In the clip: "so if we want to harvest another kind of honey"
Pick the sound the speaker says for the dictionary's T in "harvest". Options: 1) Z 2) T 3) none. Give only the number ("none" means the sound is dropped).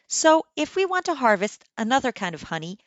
2